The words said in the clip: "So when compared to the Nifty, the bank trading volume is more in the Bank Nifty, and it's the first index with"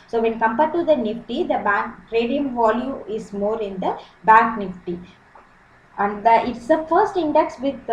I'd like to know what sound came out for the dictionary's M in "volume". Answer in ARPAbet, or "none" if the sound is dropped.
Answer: none